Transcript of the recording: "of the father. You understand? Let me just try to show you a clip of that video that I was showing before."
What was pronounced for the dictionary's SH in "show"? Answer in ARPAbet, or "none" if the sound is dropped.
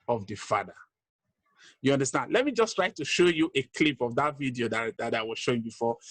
SH